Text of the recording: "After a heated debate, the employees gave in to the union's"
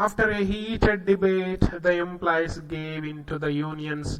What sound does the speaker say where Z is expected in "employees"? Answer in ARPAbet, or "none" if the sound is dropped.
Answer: S